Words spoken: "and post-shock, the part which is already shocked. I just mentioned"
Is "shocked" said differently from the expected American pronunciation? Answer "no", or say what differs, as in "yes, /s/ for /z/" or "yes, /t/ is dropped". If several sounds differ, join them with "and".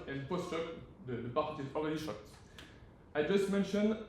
no